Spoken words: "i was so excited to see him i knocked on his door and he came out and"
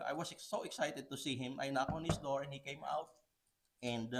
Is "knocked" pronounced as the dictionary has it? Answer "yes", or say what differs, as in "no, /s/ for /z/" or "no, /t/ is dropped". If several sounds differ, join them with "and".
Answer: no, /t/ is dropped